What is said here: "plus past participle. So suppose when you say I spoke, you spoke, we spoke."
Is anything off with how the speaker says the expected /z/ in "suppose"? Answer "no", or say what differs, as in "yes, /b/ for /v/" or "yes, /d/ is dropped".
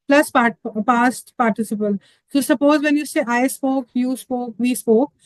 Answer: no